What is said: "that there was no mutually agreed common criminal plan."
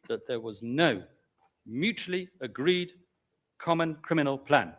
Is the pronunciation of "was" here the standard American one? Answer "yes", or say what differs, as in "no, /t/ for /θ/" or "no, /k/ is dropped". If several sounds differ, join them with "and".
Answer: yes